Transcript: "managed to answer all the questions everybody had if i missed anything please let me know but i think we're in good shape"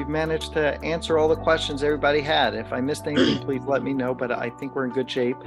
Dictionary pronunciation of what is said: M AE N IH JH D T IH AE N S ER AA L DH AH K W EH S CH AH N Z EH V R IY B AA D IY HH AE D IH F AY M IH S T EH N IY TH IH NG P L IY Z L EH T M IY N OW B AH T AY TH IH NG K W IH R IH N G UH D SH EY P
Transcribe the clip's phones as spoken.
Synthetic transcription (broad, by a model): M AE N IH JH T IH AE N S ER AA L DH AH K W EH S CH AH N Z EH V R IY B AA D IY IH D IH F AY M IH S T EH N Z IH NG P L IY Z L EH T M IY N OW B AH T AY TH IH NG K W IH R IH N G UH D SH EY P